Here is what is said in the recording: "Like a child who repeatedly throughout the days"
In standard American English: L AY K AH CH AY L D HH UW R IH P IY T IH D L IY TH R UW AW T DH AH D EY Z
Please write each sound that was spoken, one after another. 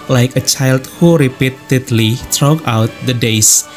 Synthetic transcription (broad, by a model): L AY K AH CH AY L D HH UW R IH P IY T IH D L IY T R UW AW T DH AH D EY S